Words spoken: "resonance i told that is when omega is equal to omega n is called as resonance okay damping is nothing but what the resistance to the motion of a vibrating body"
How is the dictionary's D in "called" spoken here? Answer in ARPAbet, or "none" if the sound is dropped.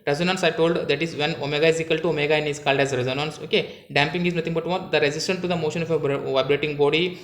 D